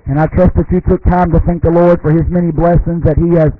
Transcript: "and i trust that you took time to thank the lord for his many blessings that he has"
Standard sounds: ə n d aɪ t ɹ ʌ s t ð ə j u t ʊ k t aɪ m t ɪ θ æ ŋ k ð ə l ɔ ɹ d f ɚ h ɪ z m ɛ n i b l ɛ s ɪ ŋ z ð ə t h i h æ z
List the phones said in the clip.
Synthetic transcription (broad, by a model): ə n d aɪ t ɹ ʌ s t ð ə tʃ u t ʊ k t aɪ m t ɪ θ æ ŋ k ð ə l ɔ ɹ d f ɚ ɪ z m ɛ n i b l ɛ s ɪ ŋ z ð ə t h i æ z